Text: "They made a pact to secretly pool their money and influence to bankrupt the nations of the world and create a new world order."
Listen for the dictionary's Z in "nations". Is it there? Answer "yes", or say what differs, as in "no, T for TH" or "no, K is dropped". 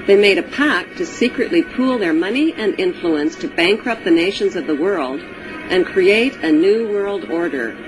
yes